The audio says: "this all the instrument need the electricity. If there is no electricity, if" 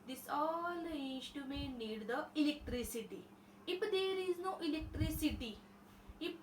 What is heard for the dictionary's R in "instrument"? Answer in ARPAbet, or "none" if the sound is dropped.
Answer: none